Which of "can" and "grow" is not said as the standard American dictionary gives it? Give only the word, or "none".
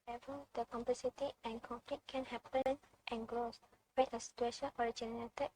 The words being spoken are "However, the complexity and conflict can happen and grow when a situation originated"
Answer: grow